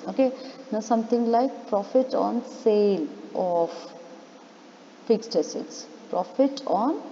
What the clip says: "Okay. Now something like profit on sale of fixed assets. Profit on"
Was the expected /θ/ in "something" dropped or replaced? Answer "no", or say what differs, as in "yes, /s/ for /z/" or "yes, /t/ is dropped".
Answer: yes, /t/ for /θ/